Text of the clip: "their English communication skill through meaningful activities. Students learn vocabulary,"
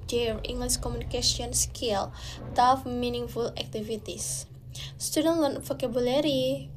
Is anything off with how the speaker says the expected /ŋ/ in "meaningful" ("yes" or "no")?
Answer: no